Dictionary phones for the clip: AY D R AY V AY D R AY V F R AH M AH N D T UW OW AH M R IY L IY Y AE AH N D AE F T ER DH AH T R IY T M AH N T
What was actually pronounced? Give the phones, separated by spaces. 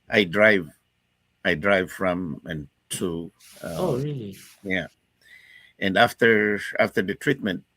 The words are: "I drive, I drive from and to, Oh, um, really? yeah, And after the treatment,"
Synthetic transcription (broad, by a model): AY D R AY V AY D R AY V F R AH M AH N T UW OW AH R IY L IY Y AE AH N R AE F T ER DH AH T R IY T M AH N T